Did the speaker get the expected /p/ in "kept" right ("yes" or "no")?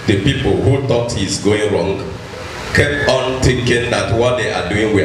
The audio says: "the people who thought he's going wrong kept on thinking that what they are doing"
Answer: yes